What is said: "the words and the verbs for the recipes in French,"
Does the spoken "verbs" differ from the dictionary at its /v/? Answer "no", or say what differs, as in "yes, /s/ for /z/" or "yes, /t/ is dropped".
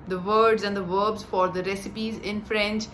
no